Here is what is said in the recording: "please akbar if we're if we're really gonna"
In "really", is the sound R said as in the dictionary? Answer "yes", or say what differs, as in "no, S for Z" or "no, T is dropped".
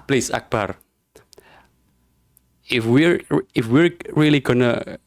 yes